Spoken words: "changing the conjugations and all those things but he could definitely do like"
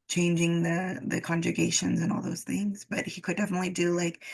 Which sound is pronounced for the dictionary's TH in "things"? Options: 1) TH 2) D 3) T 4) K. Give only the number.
1